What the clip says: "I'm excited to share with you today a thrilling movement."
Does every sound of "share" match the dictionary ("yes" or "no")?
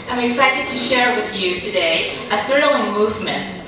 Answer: yes